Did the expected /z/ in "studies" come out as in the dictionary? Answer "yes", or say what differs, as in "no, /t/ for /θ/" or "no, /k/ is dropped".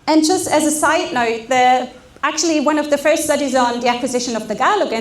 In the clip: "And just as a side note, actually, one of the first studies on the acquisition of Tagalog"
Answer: yes